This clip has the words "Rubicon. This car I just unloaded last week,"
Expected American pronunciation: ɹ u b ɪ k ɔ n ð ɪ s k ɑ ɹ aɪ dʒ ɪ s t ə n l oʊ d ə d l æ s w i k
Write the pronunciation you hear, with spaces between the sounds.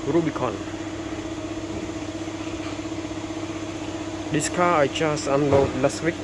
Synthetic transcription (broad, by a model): ɹ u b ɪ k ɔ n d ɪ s k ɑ aɪ tʃ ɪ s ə n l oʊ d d l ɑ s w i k